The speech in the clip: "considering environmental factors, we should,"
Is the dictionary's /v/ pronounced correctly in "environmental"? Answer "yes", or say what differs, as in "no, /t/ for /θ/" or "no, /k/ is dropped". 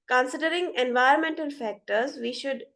yes